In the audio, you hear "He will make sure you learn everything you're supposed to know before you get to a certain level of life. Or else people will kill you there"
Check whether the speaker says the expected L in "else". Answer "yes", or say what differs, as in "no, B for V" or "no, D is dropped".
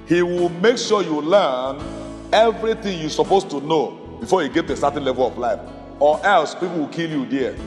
yes